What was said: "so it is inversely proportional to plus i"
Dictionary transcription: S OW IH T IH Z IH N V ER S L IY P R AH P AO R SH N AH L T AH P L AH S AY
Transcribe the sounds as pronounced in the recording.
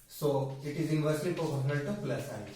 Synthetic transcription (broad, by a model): S OW IH T IH Z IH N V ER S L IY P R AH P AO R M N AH N T AH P L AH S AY